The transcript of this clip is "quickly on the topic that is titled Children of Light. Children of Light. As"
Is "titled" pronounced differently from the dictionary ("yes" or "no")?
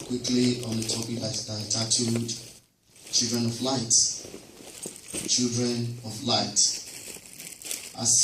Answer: yes